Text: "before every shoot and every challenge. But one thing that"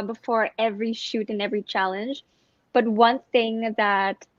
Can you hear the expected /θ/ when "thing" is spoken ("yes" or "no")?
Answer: yes